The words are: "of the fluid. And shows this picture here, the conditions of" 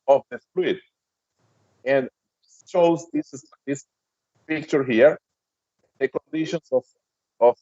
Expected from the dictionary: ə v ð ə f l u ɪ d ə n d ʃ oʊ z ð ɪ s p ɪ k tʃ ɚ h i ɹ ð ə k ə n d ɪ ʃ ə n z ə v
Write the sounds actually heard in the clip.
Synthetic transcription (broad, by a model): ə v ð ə p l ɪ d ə n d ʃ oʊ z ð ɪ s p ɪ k tʃ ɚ h i ɹ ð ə k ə n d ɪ ʃ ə n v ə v